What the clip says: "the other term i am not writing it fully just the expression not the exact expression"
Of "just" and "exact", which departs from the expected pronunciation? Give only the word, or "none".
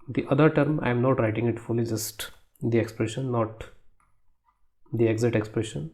exact